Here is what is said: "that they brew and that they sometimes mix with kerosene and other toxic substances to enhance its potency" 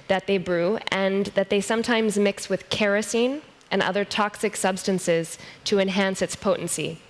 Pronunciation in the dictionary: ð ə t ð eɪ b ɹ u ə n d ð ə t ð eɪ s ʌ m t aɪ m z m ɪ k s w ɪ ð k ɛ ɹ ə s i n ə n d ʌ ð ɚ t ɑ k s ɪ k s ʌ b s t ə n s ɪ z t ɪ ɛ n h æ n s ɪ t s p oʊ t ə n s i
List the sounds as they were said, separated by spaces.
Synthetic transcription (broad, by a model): ð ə t ð eɪ b ɹ u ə n ð ə t ð eɪ s ʌ m t aɪ m z m ɪ k s w ɪ ð k ɛ ɹ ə s i n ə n ʌ ð ɚ t ɑ k s ɪ k s ʌ b s t ə n s ɪ z t ɪ ɛ n h æ n s ɪ t s p oʊ t n s i